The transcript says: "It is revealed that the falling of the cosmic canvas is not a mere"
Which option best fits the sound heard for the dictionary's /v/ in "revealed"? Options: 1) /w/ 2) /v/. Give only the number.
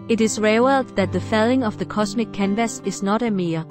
1